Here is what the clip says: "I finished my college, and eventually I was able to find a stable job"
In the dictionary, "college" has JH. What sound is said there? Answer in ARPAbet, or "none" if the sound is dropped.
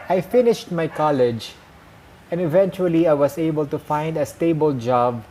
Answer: JH